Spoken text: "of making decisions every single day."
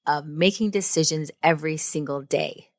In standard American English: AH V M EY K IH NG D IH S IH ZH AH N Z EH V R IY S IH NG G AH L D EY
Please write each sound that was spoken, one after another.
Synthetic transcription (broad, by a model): AH V M EY K IH NG D IH S IH ZH AH N Z EH V R IY S IH NG G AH L D EY